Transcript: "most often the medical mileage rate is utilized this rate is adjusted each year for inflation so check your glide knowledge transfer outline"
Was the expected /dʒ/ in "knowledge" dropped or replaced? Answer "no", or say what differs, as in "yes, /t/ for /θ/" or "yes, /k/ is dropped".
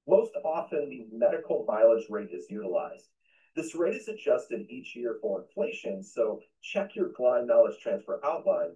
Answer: yes, /z/ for /dʒ/